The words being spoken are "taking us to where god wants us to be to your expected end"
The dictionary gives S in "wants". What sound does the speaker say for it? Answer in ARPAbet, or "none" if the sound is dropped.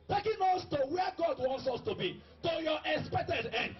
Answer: S